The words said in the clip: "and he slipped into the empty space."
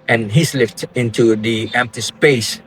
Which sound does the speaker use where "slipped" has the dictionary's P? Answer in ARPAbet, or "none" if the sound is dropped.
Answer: F